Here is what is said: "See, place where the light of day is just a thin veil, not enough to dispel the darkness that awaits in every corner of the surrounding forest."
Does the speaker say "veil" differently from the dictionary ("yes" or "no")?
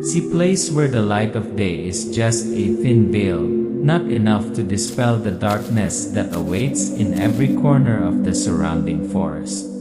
yes